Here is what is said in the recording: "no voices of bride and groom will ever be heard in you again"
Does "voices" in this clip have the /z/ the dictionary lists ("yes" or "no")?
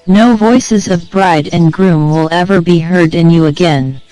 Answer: yes